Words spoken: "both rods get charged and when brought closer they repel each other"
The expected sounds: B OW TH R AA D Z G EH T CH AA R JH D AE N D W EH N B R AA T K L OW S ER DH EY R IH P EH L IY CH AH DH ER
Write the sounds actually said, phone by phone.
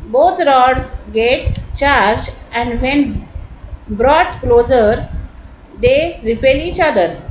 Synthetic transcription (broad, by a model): B OW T R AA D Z G EH T CH AA R JH AE N D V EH N B R AA T K L OW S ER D EY R IH P EH L IY CH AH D ER